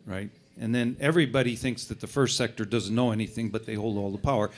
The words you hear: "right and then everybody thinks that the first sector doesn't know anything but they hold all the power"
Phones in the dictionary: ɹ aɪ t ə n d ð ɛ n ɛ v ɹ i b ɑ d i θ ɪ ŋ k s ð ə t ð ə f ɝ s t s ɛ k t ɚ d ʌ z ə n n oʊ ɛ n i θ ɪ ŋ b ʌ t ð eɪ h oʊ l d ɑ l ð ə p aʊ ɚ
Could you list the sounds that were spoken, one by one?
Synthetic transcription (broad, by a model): ɹ aɪ t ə n ð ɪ n ɛ v ɹ i b ɑ d i θ ɪ ŋ k s ð ə t ð ə f ɝ s t s ɛ k t ɚ d ʌ z n n oʊ ɛ n i θ ɪ ŋ b ʌ t ð eɪ h oʊ l d ɑ l ð ə p aʊ ɚ